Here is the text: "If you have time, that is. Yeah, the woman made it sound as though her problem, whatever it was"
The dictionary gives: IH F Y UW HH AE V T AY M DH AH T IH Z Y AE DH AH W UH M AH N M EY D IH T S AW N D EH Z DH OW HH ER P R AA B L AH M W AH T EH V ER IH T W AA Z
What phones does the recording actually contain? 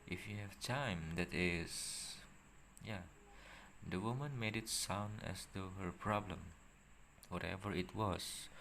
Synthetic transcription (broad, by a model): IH F Y UW HH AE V T AY M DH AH T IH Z Y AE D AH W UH M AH N M EY D IH T S AW N D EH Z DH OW HH ER P R AA B L AH M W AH T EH V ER IH T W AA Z